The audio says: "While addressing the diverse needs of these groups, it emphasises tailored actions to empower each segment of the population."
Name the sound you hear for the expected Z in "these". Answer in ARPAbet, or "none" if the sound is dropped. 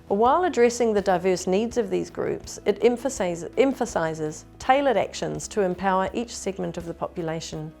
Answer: Z